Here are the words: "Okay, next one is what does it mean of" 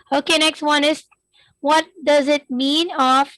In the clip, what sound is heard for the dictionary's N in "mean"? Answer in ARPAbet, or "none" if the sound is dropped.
N